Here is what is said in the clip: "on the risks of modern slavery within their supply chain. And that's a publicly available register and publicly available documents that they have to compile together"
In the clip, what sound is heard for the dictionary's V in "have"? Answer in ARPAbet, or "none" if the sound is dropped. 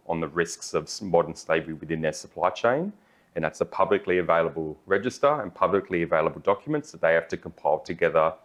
F